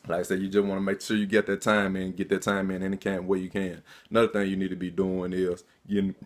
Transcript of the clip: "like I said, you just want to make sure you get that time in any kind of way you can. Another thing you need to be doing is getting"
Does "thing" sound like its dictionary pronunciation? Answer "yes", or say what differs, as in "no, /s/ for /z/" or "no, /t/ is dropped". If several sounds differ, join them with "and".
yes